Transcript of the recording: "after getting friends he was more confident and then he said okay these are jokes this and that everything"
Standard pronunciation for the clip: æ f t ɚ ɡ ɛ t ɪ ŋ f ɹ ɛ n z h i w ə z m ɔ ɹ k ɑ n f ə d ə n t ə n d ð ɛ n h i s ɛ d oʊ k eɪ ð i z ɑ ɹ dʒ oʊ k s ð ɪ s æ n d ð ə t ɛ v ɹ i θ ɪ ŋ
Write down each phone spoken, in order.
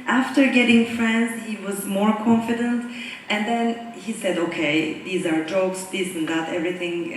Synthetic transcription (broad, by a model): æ f t ɚ ɡ ɛ t ɪ ŋ f ɹ ɛ n z h i w ə z m ɔ ɹ k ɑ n f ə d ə n t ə n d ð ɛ n h i s ɛ d oʊ k eɪ ð i z ɑ ɹ dʒ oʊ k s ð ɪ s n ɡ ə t ɛ v ɹ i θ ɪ ŋ